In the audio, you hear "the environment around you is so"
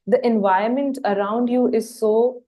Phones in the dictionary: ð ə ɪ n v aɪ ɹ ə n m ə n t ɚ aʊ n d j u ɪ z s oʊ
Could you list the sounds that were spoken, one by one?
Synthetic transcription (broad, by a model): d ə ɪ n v aɪ ə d m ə n t ɚ aʊ n d j u ɪ z s oʊ